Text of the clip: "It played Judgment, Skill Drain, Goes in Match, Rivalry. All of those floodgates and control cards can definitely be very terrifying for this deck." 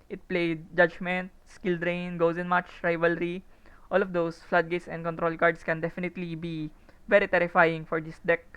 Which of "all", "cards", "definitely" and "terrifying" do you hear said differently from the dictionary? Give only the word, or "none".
cards